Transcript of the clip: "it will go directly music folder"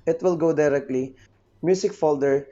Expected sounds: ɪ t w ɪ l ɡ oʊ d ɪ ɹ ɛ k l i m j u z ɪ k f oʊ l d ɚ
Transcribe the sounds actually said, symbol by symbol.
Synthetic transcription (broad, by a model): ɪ t w ɪ l ɡ oʊ d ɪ ɹ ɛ k l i m j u s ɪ k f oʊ l d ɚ